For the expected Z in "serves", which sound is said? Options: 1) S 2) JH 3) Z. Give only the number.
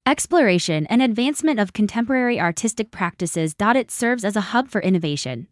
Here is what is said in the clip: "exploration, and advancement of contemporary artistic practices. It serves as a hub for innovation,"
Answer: 3